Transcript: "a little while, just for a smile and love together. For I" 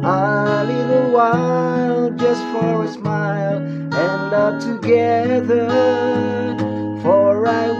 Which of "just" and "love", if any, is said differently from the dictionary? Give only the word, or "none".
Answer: love